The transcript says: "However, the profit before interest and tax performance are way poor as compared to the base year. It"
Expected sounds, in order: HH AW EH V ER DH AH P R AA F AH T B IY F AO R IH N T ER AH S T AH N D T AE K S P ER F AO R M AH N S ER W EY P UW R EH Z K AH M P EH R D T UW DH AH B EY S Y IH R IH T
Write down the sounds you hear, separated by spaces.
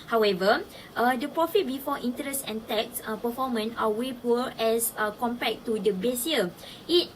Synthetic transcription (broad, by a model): HH AW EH V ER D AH P R AA F AH T B IY F AO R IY N T ER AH S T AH N T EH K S P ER F AO M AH N AA W EY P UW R EH S K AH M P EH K T UW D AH B EY S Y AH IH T